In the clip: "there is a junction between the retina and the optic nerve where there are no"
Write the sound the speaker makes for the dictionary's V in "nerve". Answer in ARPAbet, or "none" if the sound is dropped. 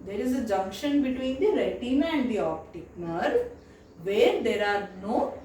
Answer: V